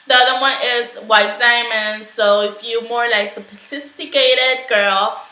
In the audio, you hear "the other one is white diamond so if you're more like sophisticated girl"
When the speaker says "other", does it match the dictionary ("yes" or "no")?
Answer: yes